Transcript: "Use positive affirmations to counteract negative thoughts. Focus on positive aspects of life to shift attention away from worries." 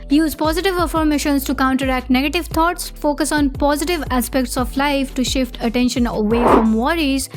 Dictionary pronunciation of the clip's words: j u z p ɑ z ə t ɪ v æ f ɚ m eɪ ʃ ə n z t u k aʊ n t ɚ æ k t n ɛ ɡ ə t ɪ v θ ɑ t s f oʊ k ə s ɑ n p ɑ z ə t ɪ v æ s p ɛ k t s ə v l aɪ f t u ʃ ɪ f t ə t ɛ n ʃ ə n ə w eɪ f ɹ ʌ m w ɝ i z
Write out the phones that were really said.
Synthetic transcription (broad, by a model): j u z p ɑ z ə t ɪ v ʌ f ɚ m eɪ ʃ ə n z t u k aʊ n t ɚ æ k t n ɛ ɡ ə t ɪ v t ɑ t s f oʊ k ə s ɑ n p ɑ z ə t ɪ v æ s p ɛ k t s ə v l aɪ f t u ʃ ɪ f t ə t ɛ n ʃ ə n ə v eɪ f ɹ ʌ m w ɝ i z